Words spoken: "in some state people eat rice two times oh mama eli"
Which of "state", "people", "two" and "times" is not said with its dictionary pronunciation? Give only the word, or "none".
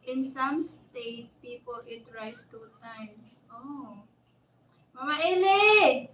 times